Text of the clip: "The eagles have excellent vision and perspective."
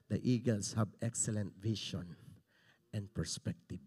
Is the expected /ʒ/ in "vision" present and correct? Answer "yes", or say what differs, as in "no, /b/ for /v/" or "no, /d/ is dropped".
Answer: no, /ʃ/ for /ʒ/